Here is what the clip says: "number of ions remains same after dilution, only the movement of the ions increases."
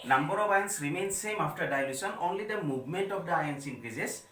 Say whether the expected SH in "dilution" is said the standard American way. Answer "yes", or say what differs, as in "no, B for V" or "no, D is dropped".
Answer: no, S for SH